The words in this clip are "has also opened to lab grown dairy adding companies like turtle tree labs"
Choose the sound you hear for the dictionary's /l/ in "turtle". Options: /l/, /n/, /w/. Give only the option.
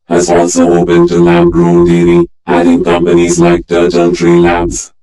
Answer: /n/